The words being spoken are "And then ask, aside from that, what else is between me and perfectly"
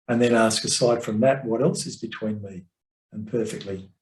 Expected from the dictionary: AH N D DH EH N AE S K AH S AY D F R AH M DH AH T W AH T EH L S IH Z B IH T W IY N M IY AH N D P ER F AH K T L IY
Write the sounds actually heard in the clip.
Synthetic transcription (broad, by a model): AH N DH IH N AE S K AH S AY D F R AH M DH AH T W AH T EH L S IH Z B IH T W IY N M IY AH N P ER F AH K T L IY